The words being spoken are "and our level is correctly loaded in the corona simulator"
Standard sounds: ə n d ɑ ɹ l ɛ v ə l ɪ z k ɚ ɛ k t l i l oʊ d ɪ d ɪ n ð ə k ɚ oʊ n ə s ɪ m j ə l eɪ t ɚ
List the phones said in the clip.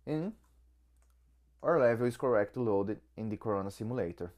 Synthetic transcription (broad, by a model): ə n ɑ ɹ l ɛ v ə l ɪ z k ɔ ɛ k t i l oʊ d ɪ d ɪ n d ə k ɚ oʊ n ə s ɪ m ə l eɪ t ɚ